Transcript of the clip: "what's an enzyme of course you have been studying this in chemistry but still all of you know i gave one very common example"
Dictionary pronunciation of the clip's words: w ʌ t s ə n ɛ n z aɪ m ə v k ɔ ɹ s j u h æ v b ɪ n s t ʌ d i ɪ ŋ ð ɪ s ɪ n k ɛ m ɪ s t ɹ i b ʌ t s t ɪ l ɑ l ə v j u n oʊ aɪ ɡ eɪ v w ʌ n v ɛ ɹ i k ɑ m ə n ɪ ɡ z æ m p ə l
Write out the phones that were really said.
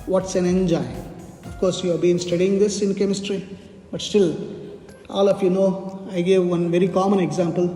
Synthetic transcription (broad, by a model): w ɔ t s ə n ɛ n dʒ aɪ ə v k ɔ ɹ s j u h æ b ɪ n s t ʌ d i ɪ ŋ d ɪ s ɪ n k ɛ m ɪ s t ɹ i b ʌ t s t ɪ l ɑ l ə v j u n oʊ aɪ ɡ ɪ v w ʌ n v ɛ ɹ i k ɑ m ə n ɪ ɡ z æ m p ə l